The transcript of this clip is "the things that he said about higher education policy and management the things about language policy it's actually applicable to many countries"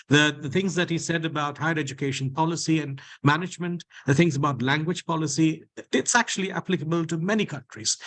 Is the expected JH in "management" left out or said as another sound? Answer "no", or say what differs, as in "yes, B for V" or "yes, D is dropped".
no